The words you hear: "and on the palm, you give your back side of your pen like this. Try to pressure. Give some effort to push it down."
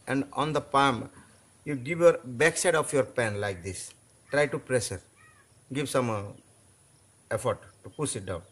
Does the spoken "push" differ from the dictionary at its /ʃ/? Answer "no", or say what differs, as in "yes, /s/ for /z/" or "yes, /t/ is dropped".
yes, /s/ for /ʃ/